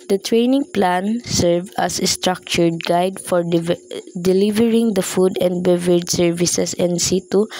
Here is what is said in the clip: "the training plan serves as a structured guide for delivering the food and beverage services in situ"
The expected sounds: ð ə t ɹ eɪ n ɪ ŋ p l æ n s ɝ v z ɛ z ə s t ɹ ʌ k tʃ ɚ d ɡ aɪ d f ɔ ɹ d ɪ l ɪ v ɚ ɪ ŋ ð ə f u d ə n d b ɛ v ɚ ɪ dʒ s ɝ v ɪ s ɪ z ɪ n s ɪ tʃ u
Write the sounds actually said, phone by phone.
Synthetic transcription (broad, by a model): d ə t ɹ eɪ n ɪ ŋ p l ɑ n s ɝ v ʌ s ə s t ɹ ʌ k tʃ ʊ d ɡ aɪ d f ɔ ɹ d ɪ l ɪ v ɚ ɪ ŋ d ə f u d ə n d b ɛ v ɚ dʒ s ɝ v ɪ s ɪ s ɪ n s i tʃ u